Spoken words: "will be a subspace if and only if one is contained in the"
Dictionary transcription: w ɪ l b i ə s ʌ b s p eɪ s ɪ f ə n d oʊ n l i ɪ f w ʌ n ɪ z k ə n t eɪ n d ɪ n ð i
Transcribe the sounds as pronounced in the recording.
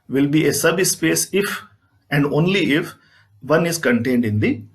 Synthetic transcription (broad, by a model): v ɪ l b i ə s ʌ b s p eɪ s ɪ f ə n d oʊ n l i ɪ f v ʌ n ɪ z k ə n t eɪ n d ɪ n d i